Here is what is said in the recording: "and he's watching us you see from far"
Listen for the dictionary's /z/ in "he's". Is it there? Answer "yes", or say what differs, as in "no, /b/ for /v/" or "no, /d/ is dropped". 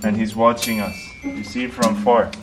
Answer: yes